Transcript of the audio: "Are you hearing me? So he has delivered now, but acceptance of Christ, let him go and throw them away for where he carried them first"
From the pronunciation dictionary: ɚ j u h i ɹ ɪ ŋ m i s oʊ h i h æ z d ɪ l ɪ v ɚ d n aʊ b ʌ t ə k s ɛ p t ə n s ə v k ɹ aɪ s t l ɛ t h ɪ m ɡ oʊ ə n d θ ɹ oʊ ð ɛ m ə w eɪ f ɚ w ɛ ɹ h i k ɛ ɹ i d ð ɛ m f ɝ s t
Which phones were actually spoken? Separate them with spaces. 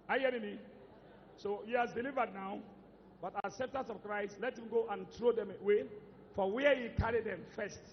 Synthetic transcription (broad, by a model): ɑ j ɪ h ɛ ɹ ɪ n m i s oʊ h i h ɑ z d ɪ l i v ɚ d n aʊ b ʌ t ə s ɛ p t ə s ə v k ɹ aɪ s t l ɛ t h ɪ m ɡ oʊ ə n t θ ɹ oʊ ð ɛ m ə w eɪ f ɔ w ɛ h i k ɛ ɹ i d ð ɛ m f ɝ s t